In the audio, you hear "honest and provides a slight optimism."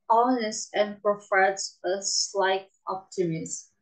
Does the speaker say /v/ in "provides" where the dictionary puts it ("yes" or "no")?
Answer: no